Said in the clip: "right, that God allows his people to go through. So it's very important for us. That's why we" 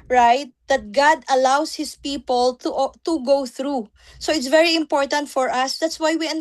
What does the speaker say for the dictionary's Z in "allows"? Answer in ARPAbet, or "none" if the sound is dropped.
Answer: S